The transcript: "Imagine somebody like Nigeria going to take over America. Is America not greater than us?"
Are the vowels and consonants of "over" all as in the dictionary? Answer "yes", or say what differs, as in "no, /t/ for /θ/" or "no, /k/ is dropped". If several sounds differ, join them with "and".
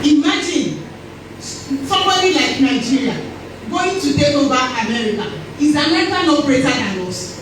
no, /b/ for /v/